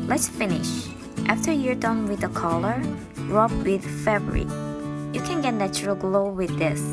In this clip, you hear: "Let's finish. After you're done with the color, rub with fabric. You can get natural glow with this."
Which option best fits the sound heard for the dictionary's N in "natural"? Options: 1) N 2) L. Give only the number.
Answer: 1